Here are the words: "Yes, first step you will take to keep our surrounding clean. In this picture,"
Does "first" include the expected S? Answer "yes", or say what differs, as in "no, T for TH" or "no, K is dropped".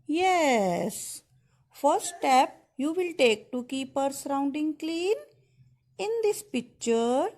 no, S is dropped